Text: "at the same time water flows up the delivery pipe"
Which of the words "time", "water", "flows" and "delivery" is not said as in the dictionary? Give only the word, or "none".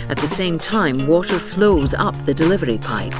none